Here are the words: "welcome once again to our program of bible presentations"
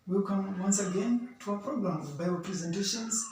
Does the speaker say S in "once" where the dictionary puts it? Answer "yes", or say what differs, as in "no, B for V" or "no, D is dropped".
yes